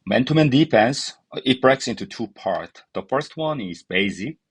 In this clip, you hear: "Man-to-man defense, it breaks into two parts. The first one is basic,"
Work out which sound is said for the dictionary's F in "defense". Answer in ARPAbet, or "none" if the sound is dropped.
P